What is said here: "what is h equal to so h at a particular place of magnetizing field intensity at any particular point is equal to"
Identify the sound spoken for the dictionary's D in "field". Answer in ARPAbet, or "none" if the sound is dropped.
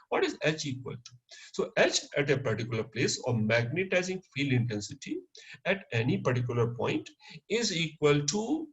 none